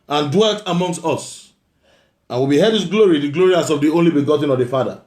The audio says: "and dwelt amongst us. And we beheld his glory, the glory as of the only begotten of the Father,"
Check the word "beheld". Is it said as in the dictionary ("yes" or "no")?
no